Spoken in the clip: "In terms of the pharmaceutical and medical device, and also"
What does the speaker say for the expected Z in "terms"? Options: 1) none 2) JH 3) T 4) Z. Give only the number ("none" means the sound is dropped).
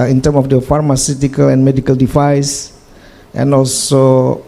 1